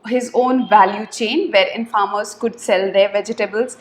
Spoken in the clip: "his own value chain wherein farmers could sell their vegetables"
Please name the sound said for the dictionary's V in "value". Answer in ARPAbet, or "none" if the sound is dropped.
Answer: V